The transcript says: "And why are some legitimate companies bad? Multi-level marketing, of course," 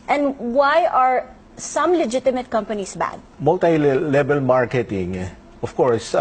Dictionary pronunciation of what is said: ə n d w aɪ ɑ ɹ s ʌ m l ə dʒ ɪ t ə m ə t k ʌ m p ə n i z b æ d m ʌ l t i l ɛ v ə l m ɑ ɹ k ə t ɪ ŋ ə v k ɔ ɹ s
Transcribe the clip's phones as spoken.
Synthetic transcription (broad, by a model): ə n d w aɪ ɑ ɹ s ʌ m l ə dʒ ɪ t ə m ə t k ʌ m p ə n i s b æ d m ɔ l t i l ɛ b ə l m ɑ ɹ k ə t ɪ ŋ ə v k ɔ ɹ s